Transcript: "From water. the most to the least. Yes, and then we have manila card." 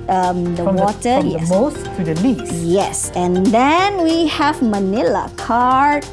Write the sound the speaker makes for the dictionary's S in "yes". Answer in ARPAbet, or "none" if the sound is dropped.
S